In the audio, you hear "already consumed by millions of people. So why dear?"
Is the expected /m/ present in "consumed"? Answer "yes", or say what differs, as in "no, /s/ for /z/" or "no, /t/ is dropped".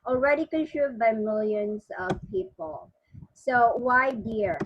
no, /m/ is dropped